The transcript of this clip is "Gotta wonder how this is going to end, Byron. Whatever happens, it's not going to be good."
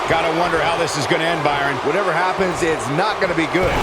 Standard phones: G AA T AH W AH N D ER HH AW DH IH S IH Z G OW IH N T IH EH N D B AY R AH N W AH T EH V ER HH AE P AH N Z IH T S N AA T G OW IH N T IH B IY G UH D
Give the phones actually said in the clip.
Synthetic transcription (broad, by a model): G AA T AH W AH N D ER HH AW DH IH S IH Z G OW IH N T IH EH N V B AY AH N W AH T EH V ER HH AE P AH N Z IH T S N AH T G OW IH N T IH B IY G UH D